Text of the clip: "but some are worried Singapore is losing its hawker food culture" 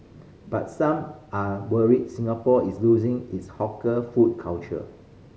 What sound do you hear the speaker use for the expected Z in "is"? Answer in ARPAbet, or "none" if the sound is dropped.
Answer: S